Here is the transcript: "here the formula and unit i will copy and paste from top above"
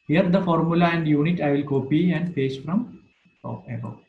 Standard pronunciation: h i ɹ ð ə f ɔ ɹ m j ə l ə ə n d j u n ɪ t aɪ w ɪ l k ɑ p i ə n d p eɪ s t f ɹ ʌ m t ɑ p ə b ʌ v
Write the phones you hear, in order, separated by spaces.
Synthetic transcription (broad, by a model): h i ɹ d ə f ɔ ɹ m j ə l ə ə n d j u n ɪ t aɪ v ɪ l k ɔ p i ə n d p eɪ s f ɹ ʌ m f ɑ ə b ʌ